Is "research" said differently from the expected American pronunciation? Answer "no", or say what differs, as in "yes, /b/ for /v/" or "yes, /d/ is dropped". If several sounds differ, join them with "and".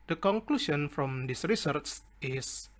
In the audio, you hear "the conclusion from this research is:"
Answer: yes, /s/ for /tʃ/